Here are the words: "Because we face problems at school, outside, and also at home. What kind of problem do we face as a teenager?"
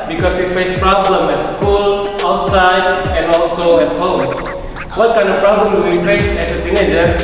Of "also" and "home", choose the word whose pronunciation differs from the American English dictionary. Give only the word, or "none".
none